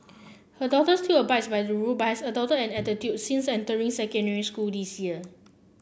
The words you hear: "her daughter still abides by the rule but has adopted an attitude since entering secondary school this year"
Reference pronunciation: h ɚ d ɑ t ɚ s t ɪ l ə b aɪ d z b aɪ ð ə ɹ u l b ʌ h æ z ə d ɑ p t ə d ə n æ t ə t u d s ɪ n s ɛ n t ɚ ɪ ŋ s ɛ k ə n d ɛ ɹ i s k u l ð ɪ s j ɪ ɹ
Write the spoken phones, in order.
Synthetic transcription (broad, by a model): h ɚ d ɑ t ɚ s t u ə b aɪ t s b aɪ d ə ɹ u b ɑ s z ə d ɑ t ə ə n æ t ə t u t s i n s ɛ n t ɚ ɪ ŋ s ɛ k ə n d ɛ ɹ i s k u l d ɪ s j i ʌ